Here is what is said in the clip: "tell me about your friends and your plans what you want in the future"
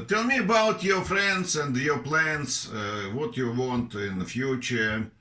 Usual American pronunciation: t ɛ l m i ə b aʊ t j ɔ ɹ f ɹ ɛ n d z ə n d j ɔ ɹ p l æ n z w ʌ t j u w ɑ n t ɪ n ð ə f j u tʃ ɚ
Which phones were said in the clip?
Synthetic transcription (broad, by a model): t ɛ l m i ə b aʊ t j ɔ ɹ f ɹ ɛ n d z ə n d j ɔ ɹ p l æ n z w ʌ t j u w ɑ n t ɪ n ð ə f j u tʃ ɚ